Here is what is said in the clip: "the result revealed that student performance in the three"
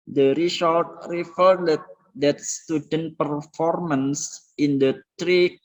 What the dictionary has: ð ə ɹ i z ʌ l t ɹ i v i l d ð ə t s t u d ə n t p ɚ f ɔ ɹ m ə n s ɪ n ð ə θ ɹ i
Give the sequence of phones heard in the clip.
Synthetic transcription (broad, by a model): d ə ɹ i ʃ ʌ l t ɹ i f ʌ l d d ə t s t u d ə n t p ɚ f ɔ ɹ m ə n s ɪ n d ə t ɹ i